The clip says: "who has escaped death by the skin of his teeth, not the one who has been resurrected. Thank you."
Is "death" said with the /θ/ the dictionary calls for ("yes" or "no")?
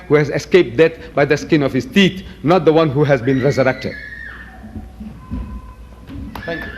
no